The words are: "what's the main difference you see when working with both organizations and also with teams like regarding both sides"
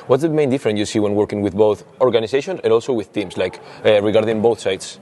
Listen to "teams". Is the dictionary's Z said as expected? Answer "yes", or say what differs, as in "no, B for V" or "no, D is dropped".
no, S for Z